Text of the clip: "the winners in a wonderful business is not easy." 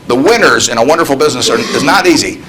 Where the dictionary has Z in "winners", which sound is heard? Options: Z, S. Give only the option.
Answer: Z